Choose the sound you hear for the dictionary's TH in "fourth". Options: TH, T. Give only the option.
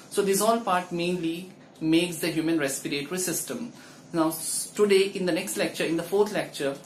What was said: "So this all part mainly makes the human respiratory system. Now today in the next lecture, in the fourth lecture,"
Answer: T